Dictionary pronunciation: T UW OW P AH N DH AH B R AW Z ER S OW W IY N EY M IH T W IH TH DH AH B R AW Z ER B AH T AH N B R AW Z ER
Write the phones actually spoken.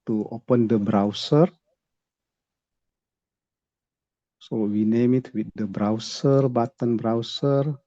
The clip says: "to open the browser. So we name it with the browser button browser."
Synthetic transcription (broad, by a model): T UW OW P AH N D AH B R AW S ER S OW W IY N EY M IH T W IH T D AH B R AW S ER B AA T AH N B R AW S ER